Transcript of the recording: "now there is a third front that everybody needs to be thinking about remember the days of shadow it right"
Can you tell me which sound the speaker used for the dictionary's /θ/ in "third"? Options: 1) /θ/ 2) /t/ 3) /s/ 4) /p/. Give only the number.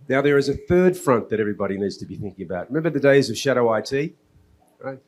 1